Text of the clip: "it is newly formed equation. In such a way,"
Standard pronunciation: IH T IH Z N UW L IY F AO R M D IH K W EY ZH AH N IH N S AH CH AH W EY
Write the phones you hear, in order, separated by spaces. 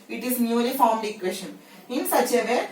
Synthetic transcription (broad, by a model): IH T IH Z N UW N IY F AO R M D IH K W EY SH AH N IH N S AH CH AH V EY